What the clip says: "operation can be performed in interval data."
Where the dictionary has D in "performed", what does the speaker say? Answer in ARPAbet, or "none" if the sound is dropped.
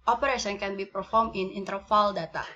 none